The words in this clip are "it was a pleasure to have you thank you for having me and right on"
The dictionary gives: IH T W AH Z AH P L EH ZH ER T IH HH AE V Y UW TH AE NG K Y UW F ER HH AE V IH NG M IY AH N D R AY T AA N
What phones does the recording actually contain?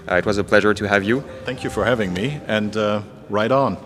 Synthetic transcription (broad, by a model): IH T W AH Z AH P L EH ZH ER T IH HH AE V Y UW TH AE NG K Y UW F ER HH AE V IH NG M IY AH N D R AY T N